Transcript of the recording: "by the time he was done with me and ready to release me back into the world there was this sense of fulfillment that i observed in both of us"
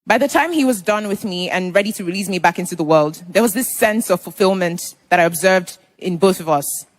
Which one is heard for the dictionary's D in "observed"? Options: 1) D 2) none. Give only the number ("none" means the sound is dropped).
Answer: 1